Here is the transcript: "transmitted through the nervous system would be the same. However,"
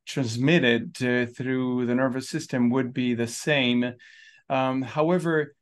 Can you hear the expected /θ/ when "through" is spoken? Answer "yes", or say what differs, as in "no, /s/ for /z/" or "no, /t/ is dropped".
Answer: yes